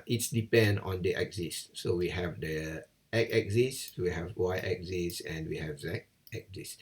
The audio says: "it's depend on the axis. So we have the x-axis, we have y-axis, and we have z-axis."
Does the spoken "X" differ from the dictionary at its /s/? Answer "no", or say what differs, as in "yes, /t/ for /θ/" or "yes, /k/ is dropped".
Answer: yes, /s/ is dropped